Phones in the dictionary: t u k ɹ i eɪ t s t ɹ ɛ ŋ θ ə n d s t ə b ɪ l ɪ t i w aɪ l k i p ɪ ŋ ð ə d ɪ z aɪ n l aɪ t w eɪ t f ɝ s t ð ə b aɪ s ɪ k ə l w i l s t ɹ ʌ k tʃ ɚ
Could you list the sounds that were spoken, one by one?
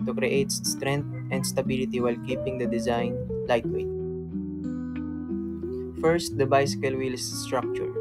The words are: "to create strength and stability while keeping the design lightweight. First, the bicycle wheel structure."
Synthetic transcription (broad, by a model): t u k ɹ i eɪ t s t ɹ ɛ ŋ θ ə n d s t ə b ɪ l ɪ t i w aɪ l k i p ɪ ŋ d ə d ɪ z aɪ n l aɪ t w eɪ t f ɝ s t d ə b aɪ s ɪ k ə l w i l s t ɹ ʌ k tʃ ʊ